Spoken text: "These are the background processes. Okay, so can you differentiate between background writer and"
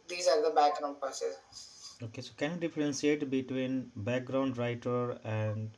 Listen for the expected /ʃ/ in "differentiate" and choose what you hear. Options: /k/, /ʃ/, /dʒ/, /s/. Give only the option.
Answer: /s/